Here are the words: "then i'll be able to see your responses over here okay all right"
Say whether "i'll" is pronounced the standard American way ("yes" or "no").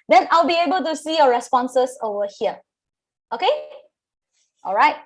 yes